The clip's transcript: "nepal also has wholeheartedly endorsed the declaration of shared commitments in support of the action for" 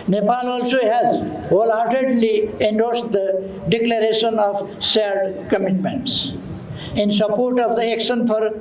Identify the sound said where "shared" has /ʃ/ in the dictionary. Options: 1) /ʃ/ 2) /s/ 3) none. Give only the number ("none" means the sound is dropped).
2